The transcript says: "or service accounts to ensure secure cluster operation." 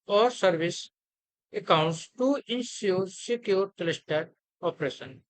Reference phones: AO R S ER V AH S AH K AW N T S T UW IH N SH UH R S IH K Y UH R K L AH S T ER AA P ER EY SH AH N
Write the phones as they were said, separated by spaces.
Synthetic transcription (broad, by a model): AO R S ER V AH S AH K AW N T S T UW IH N S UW R S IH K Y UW R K L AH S T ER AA P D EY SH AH N